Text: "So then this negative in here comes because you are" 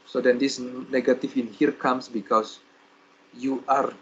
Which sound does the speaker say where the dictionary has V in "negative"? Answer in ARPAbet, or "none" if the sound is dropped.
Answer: F